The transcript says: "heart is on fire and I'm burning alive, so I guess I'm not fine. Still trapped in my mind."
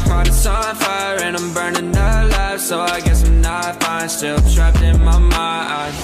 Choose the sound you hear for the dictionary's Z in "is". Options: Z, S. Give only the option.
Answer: S